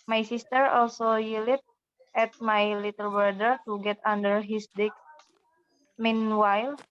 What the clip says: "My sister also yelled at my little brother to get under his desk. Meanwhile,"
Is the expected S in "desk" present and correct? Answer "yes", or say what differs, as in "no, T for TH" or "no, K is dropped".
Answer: no, S is dropped